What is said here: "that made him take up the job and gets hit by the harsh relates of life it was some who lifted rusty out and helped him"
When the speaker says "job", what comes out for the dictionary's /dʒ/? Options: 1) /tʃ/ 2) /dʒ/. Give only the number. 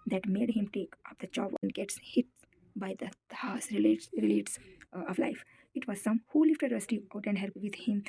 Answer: 1